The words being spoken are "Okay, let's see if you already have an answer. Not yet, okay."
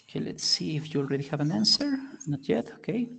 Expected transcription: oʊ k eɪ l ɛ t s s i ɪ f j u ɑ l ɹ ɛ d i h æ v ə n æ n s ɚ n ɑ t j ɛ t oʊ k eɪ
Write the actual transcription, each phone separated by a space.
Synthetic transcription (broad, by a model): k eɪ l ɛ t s s i ɪ f j u l ɹ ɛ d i h æ v ə n æ n s ɚ n ɑ t j ɛ t oʊ k eɪ